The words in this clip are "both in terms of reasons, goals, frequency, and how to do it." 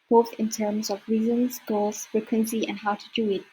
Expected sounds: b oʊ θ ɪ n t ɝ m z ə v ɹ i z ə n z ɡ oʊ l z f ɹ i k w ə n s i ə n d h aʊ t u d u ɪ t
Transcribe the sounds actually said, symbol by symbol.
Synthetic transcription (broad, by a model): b oʊ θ ɪ n t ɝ m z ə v ɹ i z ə n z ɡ oʊ l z f ɹ i k w ə n s i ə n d h aʊ t u d u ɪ t